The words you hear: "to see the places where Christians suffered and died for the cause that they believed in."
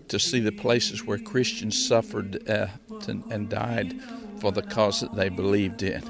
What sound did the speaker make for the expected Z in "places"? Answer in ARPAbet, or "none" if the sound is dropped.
Z